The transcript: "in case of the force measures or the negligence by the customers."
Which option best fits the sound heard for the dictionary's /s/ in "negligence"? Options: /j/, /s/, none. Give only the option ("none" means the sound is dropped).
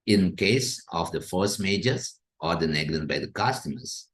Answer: none